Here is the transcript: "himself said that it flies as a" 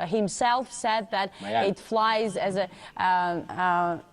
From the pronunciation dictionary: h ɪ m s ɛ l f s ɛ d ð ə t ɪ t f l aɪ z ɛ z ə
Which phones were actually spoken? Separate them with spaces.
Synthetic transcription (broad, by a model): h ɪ m s ɛ l f s ɛ d ð ə t ɪ t f l aɪ z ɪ z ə